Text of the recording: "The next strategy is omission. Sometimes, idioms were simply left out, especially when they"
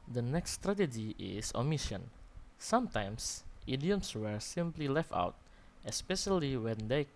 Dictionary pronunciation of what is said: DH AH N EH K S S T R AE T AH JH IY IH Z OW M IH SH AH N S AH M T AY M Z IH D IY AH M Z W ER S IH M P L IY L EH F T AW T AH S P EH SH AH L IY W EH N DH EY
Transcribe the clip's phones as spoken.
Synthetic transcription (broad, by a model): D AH N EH K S S T R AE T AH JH IY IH S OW M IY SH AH N S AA M T AY M S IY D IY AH M S W ER S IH M P L IY L EH F T AW T AH S P EH SH AH L IY W EH N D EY